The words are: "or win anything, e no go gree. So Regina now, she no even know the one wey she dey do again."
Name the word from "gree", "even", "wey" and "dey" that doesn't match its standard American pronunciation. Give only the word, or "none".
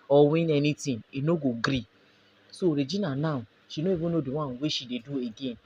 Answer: even